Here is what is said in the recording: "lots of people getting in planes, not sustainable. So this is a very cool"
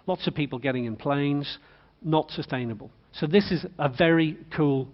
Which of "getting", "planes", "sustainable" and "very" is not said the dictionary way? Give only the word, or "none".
none